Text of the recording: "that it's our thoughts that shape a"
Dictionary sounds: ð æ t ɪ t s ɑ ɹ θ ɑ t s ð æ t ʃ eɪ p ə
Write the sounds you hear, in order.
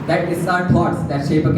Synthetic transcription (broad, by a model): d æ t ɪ s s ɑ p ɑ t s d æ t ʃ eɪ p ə